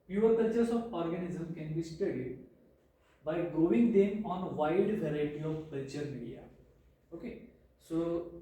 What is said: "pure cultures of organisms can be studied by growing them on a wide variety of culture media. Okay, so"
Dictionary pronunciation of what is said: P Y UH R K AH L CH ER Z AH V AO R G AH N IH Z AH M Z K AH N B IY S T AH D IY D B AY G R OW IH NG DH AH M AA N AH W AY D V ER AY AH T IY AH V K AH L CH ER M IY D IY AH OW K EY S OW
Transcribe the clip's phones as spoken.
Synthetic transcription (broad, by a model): P Y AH R K AH L CH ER S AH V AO R G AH N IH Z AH M K AH N B IY S T AH D IY D B AY G OW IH NG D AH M AA N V AY D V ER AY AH T IY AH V K AH L CH ER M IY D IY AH OW K EY S OW